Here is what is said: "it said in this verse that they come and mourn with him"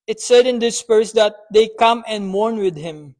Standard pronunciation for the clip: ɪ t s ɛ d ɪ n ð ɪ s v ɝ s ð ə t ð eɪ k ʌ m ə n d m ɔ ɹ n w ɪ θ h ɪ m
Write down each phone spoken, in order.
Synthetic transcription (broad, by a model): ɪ t s ɛ d ɪ n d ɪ s p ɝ s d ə t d eɪ k ʌ m ə n d m ɔ ɹ n w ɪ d h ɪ m